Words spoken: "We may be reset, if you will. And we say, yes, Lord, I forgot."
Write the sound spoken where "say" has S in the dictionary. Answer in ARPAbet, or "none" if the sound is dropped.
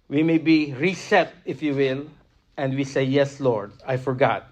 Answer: S